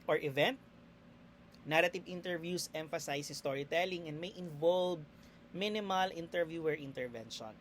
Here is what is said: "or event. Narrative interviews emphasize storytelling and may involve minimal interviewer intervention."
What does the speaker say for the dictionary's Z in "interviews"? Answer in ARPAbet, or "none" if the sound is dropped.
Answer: S